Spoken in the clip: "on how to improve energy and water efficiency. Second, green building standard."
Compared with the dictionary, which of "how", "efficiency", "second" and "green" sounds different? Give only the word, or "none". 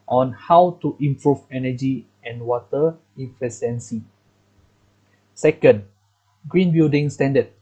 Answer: efficiency